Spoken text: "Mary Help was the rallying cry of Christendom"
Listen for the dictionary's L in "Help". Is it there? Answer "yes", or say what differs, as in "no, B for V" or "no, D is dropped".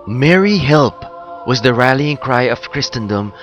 yes